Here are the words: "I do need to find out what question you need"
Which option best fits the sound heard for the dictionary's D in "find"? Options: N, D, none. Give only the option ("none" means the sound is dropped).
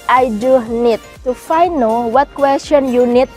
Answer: none